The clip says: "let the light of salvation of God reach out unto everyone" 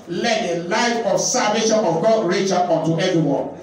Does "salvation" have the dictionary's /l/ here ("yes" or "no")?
no